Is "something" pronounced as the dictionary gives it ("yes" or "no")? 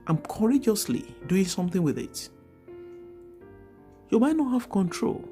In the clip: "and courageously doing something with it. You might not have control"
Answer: yes